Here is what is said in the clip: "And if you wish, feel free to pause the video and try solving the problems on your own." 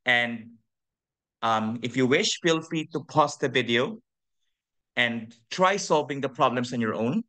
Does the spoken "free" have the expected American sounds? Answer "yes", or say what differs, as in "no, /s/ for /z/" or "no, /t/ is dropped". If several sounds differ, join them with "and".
no, /ɹ/ is dropped